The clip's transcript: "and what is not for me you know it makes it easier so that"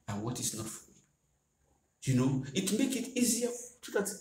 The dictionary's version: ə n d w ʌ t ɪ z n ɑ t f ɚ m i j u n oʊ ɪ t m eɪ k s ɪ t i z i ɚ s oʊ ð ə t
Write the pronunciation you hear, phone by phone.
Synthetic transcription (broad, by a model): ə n w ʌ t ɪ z n ɑ t f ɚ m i j u n oʊ ɪ t m eɪ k ɪ t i z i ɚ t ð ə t